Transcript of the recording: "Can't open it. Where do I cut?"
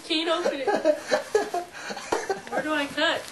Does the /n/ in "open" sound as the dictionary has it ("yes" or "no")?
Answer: no